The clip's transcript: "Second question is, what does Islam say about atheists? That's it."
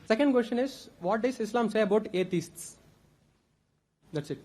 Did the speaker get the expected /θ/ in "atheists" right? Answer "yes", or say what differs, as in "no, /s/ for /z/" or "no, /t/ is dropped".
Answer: no, /t/ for /θ/